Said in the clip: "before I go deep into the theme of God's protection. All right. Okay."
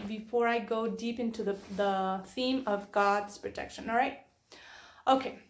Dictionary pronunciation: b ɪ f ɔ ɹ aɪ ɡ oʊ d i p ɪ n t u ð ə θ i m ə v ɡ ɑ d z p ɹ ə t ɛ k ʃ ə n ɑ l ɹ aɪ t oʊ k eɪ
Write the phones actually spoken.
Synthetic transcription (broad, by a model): b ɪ f ɔ ɹ aɪ ɡ oʊ d i p ɪ n t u ð ə θ i m ə v ɡ ɑ d z p ɹ ə t ɛ k ʃ ə n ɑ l ɹ aɪ t oʊ k eɪ